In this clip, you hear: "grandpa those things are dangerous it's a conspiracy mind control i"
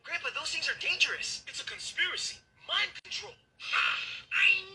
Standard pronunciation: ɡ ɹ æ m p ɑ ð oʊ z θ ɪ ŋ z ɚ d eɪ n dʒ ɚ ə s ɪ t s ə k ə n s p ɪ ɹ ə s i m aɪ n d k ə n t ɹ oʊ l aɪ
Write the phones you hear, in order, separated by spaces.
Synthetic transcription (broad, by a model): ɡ ɹ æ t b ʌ ð oʊ z θ ɪ ŋ z ɚ d eɪ n dʒ ɚ ə s ɪ t s ə k ə n s p ɪ ɹ ə s i m aɪ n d k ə n t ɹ oʊ l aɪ